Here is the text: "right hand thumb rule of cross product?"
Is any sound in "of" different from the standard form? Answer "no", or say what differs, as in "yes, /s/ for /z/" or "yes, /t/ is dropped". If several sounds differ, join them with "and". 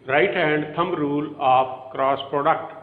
yes, /p/ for /v/